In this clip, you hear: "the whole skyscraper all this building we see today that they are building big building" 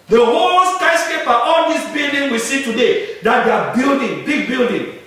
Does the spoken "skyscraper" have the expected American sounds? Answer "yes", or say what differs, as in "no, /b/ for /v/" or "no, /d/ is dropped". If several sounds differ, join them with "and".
no, /ɹ/ is dropped